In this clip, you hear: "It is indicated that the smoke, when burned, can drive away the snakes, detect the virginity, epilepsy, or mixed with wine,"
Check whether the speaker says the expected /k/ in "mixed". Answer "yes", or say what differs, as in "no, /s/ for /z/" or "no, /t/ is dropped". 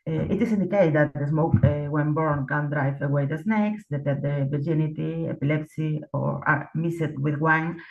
no, /k/ is dropped